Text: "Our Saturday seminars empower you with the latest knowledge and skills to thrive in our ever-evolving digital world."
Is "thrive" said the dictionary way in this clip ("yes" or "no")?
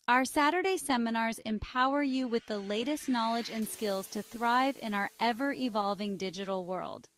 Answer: yes